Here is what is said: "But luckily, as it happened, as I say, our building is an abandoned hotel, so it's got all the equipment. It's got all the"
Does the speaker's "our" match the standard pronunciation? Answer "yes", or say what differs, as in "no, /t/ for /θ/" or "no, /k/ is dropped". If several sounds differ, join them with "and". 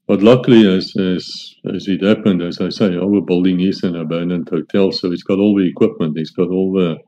no, /w/ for /ɹ/